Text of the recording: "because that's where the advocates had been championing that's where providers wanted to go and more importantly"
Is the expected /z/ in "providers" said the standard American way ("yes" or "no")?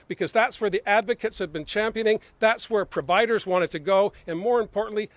yes